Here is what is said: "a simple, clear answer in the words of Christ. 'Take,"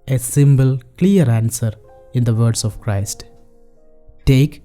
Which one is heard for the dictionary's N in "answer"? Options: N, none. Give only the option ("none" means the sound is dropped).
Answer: N